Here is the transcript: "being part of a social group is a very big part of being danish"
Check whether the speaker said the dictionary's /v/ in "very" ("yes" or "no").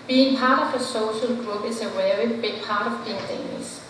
no